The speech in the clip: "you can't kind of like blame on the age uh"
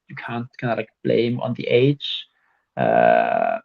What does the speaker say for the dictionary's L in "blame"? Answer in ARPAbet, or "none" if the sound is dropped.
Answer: L